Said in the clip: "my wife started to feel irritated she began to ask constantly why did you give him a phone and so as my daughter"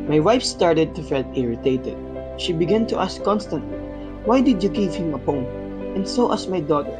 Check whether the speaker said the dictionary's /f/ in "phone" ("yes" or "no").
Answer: no